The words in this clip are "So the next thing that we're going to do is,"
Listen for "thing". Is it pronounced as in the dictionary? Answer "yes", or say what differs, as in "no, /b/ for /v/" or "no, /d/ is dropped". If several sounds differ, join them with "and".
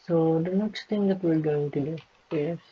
no, /t/ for /θ/